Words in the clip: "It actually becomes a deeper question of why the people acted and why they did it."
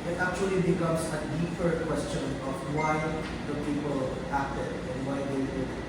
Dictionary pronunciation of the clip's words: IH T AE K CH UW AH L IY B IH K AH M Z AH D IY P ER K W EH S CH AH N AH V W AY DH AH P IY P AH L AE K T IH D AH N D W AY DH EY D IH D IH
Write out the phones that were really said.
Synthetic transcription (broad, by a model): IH T AE K CH UW AH L IY B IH K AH M S AH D IY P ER K W EH S CH AH N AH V W AY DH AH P IY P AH L AE K T IH D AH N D W AY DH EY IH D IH